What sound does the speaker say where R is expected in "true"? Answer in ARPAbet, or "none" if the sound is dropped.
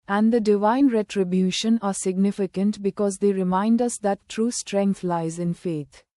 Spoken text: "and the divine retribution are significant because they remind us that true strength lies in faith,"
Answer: R